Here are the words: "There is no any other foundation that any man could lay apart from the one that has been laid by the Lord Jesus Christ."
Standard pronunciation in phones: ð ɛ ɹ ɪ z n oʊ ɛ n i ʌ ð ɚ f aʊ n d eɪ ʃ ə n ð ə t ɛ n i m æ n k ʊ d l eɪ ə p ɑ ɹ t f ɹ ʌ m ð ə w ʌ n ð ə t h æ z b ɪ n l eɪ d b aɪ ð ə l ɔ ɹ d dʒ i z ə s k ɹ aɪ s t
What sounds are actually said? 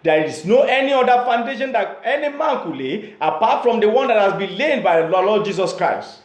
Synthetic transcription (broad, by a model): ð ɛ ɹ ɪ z n oʊ ɛ n i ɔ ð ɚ f aʊ n d eɪ ʃ ə n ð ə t ɛ n i m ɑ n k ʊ l eɪ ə p ɑ t f ɹ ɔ m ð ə w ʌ n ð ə t h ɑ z b ɪ n l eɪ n b aɪ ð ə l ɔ l d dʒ i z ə s k ɹ aɪ s t